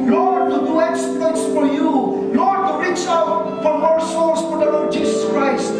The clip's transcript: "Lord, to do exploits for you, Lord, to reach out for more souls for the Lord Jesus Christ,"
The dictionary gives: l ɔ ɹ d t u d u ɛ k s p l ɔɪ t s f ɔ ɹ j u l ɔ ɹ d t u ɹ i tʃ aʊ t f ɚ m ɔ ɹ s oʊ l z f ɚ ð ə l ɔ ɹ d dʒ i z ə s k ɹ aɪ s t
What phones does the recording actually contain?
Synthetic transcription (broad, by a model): l ɔ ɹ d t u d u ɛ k s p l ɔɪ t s f ɔ ɹ j u l ɔ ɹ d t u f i s aʊ t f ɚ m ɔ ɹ s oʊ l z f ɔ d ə l ɔ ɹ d dʒ i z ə s k ɹ aɪ s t